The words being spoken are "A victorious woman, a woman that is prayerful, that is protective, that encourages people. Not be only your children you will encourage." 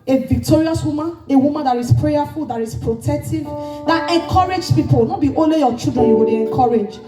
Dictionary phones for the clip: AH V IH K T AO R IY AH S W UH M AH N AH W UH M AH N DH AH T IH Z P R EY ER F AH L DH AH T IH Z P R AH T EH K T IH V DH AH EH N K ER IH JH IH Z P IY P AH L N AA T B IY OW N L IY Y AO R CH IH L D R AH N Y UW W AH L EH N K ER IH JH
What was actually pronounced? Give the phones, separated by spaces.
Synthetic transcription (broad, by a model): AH V IH K T AO R IY AH S W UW M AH N AH W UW M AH N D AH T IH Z P R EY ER F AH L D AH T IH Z P R AH T EH K T IH V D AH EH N K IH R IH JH P IY P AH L N AA T B IY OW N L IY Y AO CH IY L D R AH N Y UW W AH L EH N K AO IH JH